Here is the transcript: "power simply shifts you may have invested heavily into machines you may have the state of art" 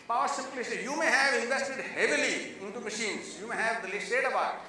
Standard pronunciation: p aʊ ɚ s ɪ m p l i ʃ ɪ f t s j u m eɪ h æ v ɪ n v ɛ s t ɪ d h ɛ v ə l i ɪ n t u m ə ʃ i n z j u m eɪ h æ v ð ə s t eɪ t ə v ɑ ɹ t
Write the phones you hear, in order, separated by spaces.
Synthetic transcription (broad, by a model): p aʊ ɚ s ɪ m p l i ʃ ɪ j u m eɪ h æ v ɪ n v ɛ s t ɪ d h ɛ v ə l i ɪ n t u m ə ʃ i n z j u m eɪ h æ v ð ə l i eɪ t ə b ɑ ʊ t